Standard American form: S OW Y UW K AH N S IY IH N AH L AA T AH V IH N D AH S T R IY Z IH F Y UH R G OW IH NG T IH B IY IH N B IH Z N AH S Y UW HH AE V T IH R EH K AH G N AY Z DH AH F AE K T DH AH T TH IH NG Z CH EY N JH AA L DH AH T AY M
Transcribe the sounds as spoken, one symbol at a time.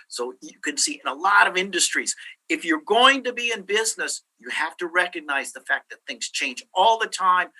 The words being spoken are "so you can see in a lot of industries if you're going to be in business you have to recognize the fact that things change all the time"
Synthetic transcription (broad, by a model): S OW Y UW K AH N S IY IH N AH L AA T AH V IH N D AH S T R IY Z IH F Y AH R G OW IH NG T IH B IY IH N B IH Z N AH S Y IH HH AE F T IH R EH K AH G N AY Z DH AH F AE K DH AH T TH IH NG Z CH EY N JH AA L DH AH T AY M